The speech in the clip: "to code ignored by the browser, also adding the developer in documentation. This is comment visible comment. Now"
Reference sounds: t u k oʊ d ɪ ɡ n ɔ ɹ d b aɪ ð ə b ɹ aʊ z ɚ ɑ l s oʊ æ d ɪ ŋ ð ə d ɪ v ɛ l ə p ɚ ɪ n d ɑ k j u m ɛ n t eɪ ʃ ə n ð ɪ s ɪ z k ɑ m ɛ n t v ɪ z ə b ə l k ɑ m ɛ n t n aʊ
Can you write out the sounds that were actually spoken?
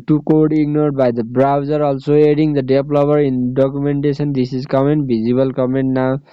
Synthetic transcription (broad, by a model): t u k oʊ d ɪ ɡ n ɔ ɹ d b aɪ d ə b ɹ aʊ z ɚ ɑ l s oʊ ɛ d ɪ ŋ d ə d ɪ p l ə b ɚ ɪ n d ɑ k j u m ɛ n t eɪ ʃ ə n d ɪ s ɪ z k ɑ m ɛ n t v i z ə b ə l k ɑ m ɛ n t n aʊ